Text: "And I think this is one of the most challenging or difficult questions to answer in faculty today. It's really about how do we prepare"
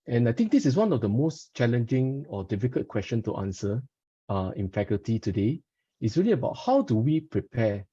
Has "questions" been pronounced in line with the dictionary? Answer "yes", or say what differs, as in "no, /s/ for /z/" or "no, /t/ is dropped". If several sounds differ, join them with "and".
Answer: no, /z/ is dropped